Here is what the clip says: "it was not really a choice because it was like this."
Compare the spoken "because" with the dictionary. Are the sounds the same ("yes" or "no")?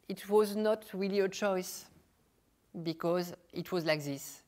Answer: yes